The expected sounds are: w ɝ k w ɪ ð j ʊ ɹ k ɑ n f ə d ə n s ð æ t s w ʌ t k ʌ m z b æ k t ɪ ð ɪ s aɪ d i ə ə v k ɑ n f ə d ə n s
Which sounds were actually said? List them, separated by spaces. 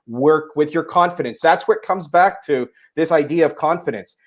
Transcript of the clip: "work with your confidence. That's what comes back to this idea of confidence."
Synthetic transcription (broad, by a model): w ɝ k w ɪ ð j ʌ ɹ k ɑ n f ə d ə n s ð æ t s w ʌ t k ʌ m z b æ k t ɪ ð ɪ s aɪ d i ə ə v k ɑ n f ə d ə n s